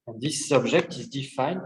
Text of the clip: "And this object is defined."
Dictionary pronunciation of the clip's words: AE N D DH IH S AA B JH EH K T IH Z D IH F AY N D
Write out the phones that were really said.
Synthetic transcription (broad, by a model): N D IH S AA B ZH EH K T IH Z D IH F AY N